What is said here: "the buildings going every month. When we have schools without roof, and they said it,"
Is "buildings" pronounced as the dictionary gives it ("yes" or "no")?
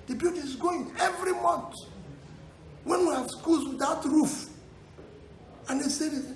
no